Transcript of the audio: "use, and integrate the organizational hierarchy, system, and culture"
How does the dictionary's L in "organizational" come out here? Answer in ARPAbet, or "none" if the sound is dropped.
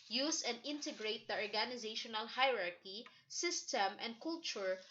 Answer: L